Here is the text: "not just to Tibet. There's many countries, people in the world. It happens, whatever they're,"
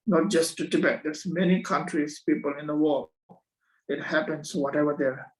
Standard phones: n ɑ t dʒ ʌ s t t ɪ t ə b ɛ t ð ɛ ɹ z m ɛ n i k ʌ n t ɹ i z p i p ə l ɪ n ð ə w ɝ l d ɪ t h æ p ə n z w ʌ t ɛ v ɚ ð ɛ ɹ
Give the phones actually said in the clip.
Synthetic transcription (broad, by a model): n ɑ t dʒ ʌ s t t ɪ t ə b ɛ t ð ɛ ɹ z m ɛ n i k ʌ n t ɹ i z p i p ə l ɪ n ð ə w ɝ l ɪ t h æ p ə n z w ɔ t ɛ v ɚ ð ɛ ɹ